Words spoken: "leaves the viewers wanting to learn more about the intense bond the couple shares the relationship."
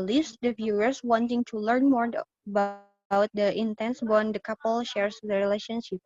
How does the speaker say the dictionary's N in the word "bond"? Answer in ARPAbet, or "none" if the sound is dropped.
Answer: N